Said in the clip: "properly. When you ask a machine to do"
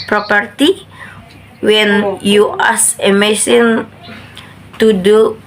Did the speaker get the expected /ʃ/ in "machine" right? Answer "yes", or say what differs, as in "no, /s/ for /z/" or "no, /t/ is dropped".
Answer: no, /s/ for /ʃ/